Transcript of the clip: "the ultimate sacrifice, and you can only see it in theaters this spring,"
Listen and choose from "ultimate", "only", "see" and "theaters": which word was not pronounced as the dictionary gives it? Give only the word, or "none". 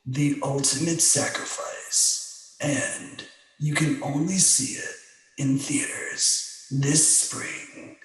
none